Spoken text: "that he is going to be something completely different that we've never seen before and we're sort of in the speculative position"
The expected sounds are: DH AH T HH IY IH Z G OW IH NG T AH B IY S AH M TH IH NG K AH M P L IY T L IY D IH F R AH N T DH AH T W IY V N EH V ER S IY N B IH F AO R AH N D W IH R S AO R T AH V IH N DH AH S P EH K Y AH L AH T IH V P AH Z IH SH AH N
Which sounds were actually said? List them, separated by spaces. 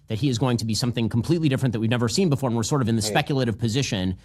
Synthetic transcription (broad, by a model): DH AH T HH IY IH Z G OW IH NG T AH B IY S AH M TH IH NG K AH M P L IY T L IY D IH F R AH N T DH AH T W IY V N EH V ER S IY N B IH F AO R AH N W IH R S AO R T AH V IH N DH AH S P EH K Y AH L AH T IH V P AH Z IH SH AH N